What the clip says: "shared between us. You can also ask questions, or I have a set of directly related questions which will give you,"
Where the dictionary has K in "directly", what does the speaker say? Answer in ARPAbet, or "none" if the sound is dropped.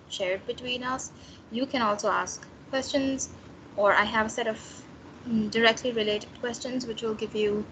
K